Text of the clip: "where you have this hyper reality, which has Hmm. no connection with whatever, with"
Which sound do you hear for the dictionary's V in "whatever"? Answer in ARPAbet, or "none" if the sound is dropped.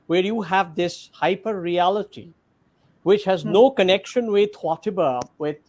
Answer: B